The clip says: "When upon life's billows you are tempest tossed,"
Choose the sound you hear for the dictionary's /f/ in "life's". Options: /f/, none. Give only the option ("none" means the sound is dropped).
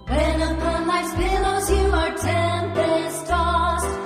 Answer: none